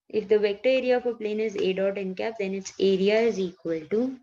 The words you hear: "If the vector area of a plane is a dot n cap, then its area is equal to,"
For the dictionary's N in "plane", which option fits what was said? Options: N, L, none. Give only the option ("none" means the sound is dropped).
N